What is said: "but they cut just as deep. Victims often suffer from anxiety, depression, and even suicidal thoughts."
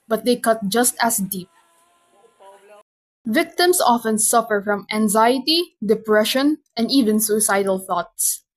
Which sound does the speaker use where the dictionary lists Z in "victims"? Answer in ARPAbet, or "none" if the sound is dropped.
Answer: S